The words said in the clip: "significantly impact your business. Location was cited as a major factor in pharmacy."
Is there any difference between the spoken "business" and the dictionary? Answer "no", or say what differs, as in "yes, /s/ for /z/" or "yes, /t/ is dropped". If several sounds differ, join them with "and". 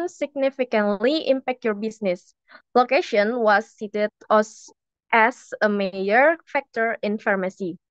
yes, /s/ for /z/